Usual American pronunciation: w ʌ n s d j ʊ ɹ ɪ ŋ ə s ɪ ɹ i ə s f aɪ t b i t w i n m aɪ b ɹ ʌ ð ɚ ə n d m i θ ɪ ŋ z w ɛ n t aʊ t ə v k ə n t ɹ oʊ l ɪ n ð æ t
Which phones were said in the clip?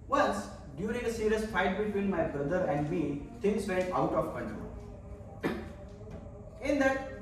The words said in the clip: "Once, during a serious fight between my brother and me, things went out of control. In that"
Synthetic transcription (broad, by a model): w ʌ n s d j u ɹ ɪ ŋ ə s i ɹ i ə s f aɪ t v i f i l m aɪ b ɹ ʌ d ɚ ə n d m i t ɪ ŋ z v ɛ t aʊ t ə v k ə n t ɹ oʊ l ɪ n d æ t